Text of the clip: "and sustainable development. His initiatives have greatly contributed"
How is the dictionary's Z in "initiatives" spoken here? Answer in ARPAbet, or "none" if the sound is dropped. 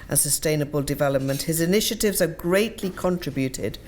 Z